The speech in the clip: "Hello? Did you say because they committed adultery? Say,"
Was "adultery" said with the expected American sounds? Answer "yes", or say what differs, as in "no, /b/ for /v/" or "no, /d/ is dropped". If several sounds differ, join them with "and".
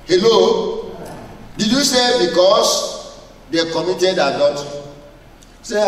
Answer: no, /l/ is dropped